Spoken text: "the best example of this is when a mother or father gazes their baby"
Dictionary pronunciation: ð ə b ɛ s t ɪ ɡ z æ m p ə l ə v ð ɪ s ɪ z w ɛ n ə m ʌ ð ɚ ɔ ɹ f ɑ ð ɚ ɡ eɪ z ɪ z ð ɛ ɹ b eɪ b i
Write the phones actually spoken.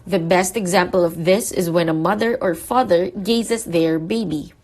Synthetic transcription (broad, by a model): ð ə b ɛ s t ɪ ɡ z æ m p ə l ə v ð ɪ s ɪ z w ɛ n ə m ʌ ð ɚ ɔ ɹ f ɑ ð ɚ ɡ eɪ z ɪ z ð ɛ ɹ b eɪ b i